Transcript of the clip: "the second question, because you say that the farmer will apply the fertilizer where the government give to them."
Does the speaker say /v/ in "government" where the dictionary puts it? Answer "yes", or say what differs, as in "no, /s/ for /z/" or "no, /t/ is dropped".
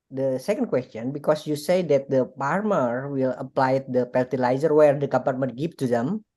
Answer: no, /p/ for /v/